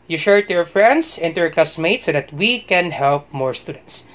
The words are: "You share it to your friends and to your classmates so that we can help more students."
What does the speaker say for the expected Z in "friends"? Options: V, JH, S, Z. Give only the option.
S